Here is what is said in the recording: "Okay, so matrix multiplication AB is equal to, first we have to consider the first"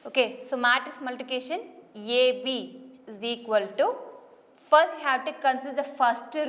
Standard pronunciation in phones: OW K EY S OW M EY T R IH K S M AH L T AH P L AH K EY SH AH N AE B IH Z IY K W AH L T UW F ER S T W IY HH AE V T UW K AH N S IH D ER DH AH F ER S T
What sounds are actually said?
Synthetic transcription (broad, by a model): OW K EY S OW M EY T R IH S M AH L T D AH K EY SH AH N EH B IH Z IY K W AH L T UW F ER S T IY HH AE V T UW K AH N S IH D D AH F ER S T